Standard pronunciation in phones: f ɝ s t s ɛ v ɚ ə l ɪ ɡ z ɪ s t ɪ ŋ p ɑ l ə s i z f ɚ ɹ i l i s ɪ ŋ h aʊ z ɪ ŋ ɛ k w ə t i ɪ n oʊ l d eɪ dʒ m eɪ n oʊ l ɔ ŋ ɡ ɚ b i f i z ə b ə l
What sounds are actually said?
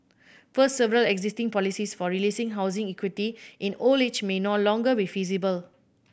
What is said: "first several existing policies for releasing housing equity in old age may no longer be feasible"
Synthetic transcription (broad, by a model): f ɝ s t s ɛ v ɚ ə l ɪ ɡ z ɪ s t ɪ ŋ p ɑ l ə s i s f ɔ ɹ i l i s ɪ ŋ h aʊ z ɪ ŋ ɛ k w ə t i ɪ n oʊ l eɪ tʃ m eɪ n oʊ l ɔ ŋ ɡ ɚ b i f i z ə b ə l